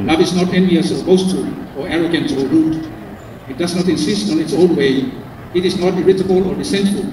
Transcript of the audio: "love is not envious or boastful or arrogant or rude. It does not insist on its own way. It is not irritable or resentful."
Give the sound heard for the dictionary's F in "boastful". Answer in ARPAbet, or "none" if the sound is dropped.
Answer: none